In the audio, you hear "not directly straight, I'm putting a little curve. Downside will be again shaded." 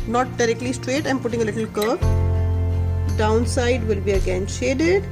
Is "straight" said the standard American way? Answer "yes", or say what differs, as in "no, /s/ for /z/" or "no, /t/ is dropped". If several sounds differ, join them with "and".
yes